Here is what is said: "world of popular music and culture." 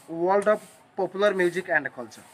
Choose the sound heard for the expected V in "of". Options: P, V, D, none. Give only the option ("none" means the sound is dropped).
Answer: P